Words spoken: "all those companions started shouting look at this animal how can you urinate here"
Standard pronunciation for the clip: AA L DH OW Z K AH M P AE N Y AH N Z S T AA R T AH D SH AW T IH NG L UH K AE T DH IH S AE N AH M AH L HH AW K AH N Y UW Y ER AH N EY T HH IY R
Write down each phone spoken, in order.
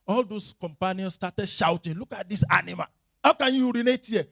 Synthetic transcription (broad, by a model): AA L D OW S K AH M P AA N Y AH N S T AA T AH D SH AW T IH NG L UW K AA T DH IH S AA N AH M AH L HH AW K AH N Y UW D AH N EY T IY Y